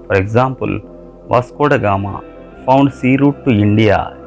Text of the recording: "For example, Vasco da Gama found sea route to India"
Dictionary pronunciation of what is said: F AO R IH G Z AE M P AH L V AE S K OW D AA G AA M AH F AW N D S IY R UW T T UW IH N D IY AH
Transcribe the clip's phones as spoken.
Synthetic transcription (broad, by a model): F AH R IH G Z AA M P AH L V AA S K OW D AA G AA M AH P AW N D S IY R UW T T UW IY N D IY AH